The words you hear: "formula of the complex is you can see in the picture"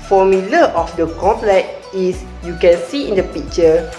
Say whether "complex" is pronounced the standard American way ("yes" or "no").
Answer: no